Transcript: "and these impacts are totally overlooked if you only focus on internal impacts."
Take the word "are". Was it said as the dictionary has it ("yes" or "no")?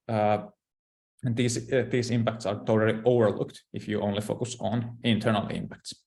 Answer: yes